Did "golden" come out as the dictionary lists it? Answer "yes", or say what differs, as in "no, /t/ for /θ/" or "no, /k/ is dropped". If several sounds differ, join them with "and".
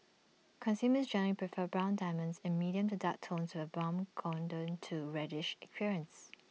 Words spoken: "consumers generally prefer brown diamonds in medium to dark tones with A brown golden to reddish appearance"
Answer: no, /n/ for /l/